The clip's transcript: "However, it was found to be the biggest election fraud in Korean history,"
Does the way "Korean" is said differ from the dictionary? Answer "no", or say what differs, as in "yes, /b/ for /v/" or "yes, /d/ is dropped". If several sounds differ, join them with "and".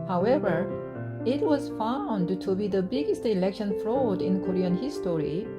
no